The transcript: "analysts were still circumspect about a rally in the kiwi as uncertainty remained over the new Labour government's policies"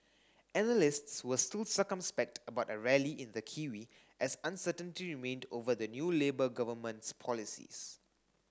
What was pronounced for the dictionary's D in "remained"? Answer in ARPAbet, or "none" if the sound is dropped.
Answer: D